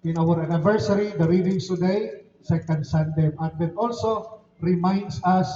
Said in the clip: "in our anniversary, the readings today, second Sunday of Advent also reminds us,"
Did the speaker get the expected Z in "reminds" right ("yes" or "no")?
no